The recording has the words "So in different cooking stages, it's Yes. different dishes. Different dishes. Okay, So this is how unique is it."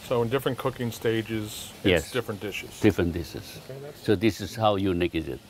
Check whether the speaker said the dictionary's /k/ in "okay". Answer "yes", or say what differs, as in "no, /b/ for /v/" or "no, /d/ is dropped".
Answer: no, /k/ is dropped